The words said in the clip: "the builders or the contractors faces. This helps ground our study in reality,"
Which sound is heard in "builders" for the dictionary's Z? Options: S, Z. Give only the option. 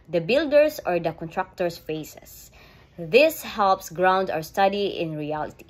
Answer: S